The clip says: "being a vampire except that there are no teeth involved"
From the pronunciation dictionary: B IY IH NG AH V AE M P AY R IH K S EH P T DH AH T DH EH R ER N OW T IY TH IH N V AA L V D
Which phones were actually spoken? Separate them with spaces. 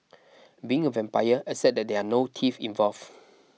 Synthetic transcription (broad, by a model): B IY IH NG AH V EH M P AY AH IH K S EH T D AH T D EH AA N OW T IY F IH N V AA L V